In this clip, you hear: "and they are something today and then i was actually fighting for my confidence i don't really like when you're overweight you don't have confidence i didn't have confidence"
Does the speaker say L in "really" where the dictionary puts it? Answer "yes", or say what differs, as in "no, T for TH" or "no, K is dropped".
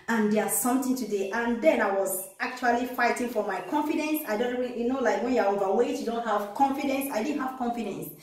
no, N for L